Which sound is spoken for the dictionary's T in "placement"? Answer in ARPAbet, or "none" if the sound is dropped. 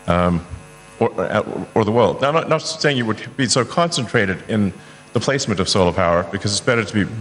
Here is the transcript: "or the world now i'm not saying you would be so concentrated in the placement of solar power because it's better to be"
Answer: T